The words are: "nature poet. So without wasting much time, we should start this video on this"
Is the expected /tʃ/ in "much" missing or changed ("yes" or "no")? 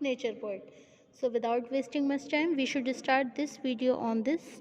yes